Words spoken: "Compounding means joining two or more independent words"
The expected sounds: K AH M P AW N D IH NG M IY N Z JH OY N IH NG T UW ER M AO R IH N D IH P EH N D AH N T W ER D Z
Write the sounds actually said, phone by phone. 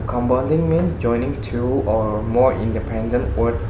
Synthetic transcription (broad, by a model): K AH M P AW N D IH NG M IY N JH OY N IH NG T UW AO M AO R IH N D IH P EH N D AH N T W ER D